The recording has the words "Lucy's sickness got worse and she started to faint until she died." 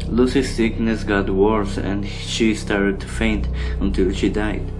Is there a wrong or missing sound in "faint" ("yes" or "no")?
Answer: no